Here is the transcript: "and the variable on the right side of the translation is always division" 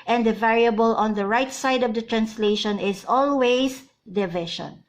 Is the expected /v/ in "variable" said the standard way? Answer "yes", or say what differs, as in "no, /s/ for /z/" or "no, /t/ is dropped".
yes